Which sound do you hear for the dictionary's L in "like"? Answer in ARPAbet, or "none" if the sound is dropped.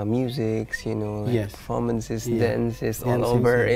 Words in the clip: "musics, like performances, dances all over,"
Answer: N